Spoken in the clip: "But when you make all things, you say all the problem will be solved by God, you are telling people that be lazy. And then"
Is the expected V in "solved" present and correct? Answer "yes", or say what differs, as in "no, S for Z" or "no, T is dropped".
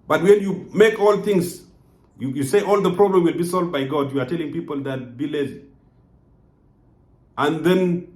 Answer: yes